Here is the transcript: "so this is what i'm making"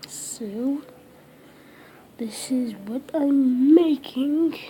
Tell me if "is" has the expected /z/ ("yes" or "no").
yes